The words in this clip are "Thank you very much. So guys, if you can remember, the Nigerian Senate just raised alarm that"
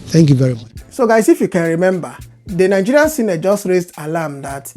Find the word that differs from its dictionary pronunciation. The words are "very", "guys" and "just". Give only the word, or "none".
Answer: guys